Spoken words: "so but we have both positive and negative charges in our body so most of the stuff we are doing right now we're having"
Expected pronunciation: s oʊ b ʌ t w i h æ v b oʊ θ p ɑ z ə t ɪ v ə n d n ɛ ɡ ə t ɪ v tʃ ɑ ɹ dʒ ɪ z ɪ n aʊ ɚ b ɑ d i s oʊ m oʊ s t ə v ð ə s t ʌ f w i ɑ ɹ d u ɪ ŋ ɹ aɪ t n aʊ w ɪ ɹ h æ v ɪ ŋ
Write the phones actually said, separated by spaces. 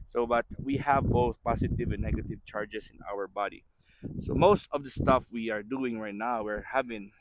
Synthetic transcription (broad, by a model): s oʊ b ʌ t w i h æ v b oʊ θ p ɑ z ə t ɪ v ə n n ɛ ɡ ə t ɪ v tʃ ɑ ɹ dʒ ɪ s ɪ n aʊ ɚ b ɑ d i s oʊ m oʊ s t ə v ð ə s t ʌ f w i ɑ ɹ d u ɪ ŋ ɹ aɪ t n aʊ w ɪ ɹ h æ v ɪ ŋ